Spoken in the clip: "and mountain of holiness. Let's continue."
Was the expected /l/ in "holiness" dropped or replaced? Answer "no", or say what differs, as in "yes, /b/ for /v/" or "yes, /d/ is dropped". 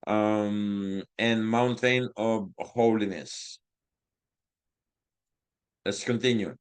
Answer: no